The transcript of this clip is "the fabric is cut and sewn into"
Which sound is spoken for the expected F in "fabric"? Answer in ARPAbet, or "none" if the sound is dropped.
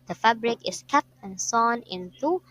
F